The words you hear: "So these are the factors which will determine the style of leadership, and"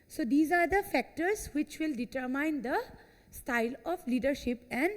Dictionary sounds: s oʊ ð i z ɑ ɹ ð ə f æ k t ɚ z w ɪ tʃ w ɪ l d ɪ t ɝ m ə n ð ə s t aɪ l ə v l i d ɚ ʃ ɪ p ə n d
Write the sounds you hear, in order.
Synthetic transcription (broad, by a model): s oʊ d i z ɑ ɹ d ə f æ k t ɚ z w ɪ tʃ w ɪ l d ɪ t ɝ m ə n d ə s t aɪ l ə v l i d ɚ ʃ ɪ p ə n d